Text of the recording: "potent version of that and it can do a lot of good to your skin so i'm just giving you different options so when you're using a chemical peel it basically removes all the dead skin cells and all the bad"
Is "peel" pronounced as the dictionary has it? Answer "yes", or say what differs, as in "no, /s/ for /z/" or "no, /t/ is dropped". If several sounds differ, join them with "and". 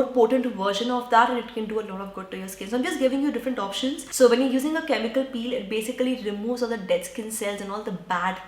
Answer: yes